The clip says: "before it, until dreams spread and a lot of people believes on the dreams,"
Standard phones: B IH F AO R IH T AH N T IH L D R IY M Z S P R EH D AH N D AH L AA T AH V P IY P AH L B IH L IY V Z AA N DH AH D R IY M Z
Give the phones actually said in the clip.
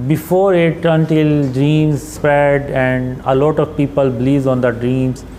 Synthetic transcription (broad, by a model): B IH F AO R IH T AH N T IH L D R IY M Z S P EH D AH N D AH L AA T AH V P IY P AH L B L IY Z AA N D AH D R IY M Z